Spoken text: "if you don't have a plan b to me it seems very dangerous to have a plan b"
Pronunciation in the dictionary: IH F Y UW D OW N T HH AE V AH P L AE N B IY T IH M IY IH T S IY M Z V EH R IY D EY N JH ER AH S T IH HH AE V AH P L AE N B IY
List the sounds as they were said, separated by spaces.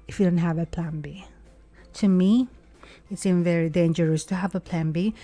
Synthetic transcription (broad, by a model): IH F Y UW D OW N T HH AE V AH P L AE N B IY T IH M IY IH T S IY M V EH R IY D EY N JH ER AH S T IH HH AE V AH P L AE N B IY